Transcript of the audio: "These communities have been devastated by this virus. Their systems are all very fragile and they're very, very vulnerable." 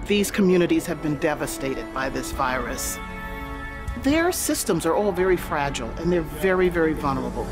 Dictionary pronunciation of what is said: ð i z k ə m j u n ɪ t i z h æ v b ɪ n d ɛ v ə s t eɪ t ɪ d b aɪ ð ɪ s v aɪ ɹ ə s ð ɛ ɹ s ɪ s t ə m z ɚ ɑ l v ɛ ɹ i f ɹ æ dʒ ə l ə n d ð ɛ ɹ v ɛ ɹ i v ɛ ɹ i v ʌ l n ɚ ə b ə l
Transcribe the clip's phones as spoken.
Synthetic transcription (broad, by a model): ð i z k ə m j u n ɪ t i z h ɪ v b ɪ n d ɛ v ə s t eɪ t ɪ d b aɪ ð ɪ s v aɪ ɹ ə s ð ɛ ɹ s ɪ s t ə m z ɚ ɑ l v ɛ ɹ i f ɹ æ dʒ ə l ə n ð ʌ ɹ v ɛ ɹ i v ɛ ɹ i v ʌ l n ɚ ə b l